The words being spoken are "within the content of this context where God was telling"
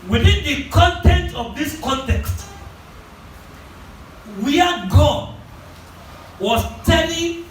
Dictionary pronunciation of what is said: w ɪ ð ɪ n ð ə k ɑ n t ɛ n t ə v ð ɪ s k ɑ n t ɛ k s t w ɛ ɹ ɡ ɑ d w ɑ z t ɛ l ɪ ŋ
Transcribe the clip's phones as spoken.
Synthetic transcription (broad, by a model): w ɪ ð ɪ n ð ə k ɑ n t ɛ n t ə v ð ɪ s k ɑ n t ɛ k s t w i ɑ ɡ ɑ w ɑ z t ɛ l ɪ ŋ